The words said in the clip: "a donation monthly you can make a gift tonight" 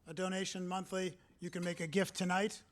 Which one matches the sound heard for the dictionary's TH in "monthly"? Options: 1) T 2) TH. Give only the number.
2